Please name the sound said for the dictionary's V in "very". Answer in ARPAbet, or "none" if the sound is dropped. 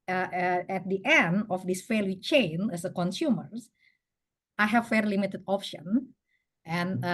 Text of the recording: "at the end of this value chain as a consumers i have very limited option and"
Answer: F